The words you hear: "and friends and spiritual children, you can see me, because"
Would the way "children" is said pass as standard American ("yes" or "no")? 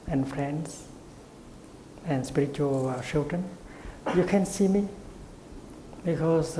no